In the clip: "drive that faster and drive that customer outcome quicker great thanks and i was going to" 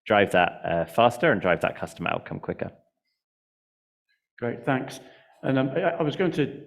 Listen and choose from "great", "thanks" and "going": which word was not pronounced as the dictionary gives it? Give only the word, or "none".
none